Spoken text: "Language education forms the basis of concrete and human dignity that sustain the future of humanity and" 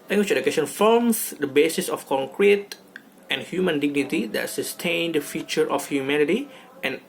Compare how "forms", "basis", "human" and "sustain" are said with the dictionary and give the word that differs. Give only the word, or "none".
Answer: forms